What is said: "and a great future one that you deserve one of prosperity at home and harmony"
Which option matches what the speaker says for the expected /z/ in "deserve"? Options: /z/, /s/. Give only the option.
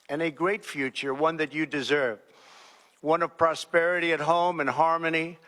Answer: /z/